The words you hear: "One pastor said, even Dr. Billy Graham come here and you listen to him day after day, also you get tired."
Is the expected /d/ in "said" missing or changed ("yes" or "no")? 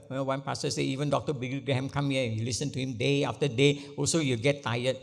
yes